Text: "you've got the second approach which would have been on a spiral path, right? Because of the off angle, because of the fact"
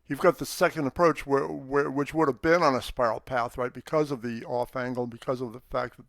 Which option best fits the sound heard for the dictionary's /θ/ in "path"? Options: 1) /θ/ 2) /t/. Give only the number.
1